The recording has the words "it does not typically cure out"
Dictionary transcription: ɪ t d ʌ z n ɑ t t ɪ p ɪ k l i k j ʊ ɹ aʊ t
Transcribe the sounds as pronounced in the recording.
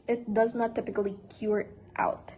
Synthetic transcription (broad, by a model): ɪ t d ʌ z n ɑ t t ɪ p ɪ k l i k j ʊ ɹ aʊ t